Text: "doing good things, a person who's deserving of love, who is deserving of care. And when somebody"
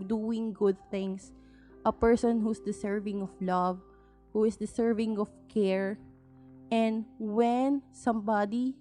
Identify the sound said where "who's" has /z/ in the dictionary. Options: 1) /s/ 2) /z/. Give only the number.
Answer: 1